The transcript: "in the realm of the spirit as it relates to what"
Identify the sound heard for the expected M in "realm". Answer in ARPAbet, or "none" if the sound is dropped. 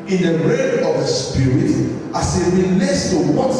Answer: none